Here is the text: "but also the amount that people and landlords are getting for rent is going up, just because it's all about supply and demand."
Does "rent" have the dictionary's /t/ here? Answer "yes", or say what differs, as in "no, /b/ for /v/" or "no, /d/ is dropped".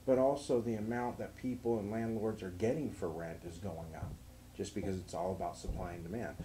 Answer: yes